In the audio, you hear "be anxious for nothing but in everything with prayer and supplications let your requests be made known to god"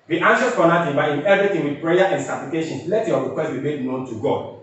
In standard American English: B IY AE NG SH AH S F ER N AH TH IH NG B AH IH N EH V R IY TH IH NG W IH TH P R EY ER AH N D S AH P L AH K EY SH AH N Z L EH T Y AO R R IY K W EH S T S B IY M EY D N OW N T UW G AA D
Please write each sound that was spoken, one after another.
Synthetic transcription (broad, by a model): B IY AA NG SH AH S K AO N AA T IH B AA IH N EH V R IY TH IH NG W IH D P R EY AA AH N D S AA P L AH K EY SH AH N L EH T Y AO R R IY K W EH S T B IY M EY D N OW N T UW G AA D